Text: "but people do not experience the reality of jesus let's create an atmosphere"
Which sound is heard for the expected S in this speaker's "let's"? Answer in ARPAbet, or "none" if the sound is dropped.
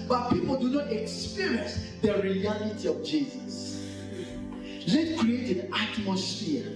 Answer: none